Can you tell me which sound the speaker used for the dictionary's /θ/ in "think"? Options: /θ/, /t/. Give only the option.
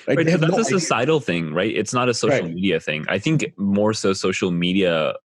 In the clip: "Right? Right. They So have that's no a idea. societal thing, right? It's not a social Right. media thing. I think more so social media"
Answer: /θ/